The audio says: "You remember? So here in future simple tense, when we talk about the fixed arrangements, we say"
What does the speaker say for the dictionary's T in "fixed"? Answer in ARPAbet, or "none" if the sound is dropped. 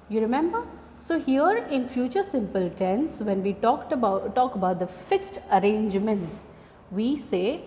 T